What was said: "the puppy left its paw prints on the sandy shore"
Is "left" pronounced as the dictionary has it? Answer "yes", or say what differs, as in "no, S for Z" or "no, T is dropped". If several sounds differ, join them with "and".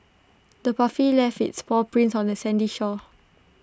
no, T is dropped